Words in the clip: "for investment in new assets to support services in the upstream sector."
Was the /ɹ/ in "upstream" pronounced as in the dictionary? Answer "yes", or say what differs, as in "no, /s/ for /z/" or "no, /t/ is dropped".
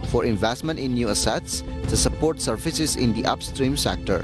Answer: yes